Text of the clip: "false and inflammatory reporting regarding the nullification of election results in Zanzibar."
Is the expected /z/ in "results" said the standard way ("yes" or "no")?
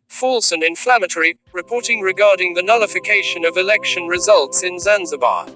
yes